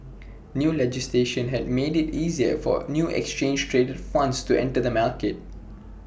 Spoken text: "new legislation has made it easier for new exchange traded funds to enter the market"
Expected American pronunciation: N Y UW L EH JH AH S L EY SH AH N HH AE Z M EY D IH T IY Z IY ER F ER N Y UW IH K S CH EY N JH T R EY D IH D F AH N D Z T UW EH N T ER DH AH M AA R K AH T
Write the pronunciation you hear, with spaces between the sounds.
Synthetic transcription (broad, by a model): N Y UW L EH JH AH S L EY SH AH N HH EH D M EY D IH T IY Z IY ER F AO N Y UW IH K S CH EY N JH T R EY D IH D F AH N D S T UW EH N T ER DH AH M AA L K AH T